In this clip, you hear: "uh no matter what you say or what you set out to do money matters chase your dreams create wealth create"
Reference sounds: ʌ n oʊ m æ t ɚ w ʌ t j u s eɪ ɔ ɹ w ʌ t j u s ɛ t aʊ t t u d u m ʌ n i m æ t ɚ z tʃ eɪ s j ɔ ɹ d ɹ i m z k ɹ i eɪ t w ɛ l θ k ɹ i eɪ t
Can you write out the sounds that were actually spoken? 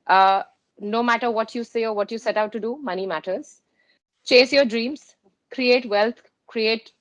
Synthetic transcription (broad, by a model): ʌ n oʊ m æ t ɚ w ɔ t j u s eɪ ɔ ɹ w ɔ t j u s ɛ t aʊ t t u d u m ʌ n i m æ t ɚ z tʃ eɪ s j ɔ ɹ d ɹ i m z k ɹ i eɪ t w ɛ l t k ɹ i eɪ t